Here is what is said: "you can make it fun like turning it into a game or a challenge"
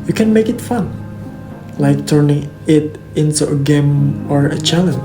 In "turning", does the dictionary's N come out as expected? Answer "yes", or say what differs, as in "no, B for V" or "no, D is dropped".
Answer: yes